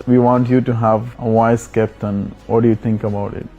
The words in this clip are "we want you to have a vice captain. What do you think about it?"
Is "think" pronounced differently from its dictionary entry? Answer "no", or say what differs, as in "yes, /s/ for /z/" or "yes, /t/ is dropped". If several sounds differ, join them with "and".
yes, /t/ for /θ/